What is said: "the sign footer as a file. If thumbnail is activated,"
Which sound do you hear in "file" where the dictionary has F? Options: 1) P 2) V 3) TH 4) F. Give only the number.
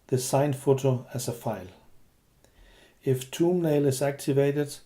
4